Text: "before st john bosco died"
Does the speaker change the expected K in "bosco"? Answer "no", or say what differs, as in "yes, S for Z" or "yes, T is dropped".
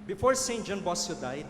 yes, K is dropped